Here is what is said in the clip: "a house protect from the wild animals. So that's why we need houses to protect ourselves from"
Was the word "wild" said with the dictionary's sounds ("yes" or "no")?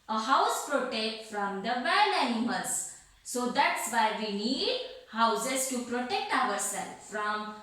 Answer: no